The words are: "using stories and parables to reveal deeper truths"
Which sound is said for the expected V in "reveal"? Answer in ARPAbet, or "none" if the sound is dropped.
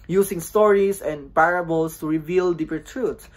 V